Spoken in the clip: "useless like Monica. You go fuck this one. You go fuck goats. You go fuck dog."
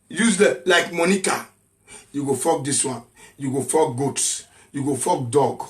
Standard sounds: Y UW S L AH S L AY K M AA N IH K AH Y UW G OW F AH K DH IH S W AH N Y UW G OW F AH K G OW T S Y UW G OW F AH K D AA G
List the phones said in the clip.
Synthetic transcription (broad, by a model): Y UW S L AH L AY K M AA N IH K AH Y UW G OW F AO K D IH S W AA N Y UW G OW F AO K G OW T S Y UW G OW F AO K D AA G